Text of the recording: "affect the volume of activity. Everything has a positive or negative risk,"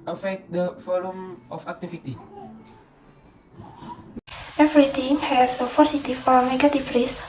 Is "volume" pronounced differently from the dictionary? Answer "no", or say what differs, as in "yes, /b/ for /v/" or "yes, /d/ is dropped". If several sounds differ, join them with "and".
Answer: yes, /f/ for /v/